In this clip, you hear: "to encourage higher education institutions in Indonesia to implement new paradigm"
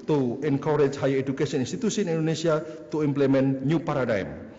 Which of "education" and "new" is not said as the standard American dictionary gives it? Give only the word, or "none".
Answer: education